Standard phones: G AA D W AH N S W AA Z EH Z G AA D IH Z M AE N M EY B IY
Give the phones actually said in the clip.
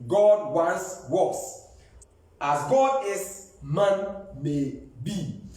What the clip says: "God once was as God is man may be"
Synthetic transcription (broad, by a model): G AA D W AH N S W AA S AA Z G AA D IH S M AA N M EY B IY